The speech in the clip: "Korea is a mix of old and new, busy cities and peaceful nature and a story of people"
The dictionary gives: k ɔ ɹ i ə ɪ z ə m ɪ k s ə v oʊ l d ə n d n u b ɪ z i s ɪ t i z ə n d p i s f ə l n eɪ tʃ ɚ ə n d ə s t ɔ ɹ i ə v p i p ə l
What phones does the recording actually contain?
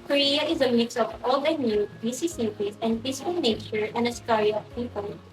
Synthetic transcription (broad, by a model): k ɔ ɹ i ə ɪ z ə m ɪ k s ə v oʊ l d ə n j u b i s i s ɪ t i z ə n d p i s ə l n eɪ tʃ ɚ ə n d ə s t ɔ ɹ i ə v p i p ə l